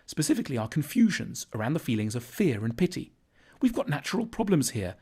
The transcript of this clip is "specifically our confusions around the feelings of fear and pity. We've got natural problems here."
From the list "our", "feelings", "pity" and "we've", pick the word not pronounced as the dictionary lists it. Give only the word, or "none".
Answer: none